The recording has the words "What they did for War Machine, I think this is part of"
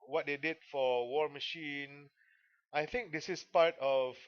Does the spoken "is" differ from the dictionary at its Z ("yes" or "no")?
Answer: yes